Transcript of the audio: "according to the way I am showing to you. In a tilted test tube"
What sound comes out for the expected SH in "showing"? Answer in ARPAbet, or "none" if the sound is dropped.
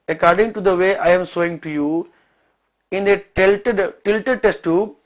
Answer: S